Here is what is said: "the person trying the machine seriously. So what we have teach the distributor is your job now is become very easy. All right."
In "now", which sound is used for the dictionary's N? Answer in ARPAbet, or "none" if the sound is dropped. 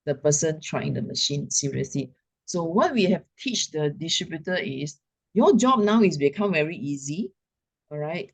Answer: N